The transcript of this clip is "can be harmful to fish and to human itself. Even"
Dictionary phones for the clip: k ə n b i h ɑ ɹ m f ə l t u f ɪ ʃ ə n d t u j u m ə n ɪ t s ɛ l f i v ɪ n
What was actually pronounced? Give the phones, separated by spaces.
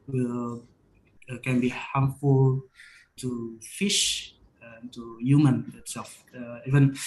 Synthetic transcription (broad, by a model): k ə n b i h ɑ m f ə l t u f ɪ ʃ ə n t u j u m ə n ɪ t s ɛ l f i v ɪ n